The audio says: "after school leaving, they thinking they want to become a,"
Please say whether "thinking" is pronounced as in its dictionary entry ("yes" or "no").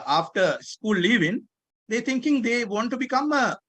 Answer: no